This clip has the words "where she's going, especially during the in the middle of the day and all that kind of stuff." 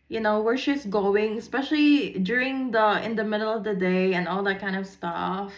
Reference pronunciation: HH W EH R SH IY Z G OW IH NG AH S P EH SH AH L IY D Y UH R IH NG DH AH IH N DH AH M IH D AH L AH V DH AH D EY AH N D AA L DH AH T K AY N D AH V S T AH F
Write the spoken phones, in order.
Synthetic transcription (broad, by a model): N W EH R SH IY S G OW IH NG AH S P EH SH AH L IY D Y UH R IH NG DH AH IH N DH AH M IH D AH L AH V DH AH D EY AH N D AA L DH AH T K AY N D AH V S T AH F